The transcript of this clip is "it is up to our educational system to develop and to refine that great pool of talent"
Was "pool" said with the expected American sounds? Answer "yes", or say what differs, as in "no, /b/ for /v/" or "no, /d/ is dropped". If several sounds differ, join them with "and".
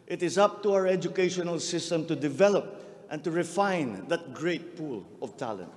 yes